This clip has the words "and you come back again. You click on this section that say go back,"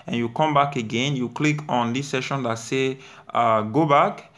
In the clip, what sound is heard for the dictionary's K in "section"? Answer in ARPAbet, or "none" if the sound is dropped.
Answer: none